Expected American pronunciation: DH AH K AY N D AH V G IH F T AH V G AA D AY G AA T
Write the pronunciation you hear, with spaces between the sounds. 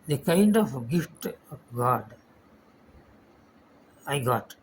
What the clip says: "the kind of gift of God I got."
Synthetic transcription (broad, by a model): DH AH K AY N D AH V G IH F T G AA D AY G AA T